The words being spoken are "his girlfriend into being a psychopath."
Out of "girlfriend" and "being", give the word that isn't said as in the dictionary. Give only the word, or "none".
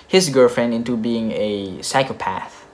none